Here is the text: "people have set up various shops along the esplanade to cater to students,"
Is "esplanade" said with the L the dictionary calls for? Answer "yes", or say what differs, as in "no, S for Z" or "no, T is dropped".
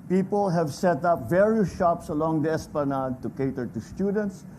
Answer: no, L is dropped